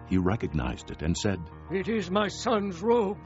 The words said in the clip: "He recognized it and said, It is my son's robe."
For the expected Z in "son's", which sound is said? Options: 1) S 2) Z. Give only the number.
2